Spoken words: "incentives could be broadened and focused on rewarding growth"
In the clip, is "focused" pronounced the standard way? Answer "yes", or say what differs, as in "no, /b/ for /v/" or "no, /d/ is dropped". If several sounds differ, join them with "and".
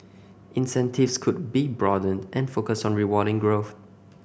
no, /t/ is dropped